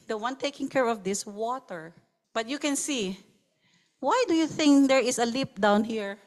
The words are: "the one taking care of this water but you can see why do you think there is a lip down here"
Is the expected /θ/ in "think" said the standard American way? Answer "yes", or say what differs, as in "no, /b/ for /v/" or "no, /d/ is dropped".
yes